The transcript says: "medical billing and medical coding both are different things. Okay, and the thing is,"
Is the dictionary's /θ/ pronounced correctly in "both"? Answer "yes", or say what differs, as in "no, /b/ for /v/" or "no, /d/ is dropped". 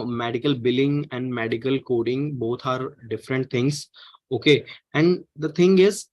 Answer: no, /t/ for /θ/